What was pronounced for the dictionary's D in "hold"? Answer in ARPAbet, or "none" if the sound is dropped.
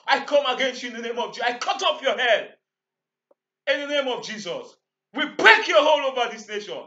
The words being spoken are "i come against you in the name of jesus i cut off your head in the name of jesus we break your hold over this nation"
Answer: none